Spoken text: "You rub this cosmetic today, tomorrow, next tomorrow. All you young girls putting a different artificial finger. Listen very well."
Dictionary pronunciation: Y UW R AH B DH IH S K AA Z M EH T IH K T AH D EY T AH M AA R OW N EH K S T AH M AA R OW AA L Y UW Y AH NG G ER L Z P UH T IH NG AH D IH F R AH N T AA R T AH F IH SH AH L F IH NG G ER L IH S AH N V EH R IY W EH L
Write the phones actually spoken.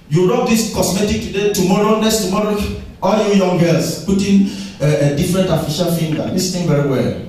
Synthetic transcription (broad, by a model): Y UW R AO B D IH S K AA S M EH T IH K T AH D EY T AH M AA R OW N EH S T AH M AA R OW AA L Y UW Y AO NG G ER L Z P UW T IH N AH D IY F R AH N T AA F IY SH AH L F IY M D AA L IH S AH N V EH R IY W EH L